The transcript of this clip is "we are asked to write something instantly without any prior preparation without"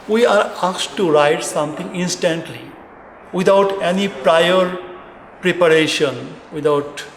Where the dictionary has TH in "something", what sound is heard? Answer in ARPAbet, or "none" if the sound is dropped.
T